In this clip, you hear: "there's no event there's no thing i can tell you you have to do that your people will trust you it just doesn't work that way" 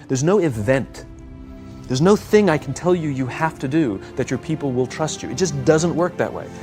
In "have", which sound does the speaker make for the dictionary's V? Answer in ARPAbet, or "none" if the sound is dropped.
F